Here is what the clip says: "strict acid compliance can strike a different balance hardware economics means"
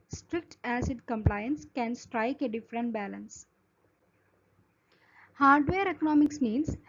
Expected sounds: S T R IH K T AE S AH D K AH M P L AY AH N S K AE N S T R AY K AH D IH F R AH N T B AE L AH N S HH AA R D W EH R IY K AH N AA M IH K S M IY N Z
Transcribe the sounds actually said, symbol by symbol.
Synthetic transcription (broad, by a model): S T R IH K T AE S AH D K AH M P L AY AH N S K AE N S T R AY K AH D IH F R AH N T B AE L AH N S HH AA R D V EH R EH K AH N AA M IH K S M IY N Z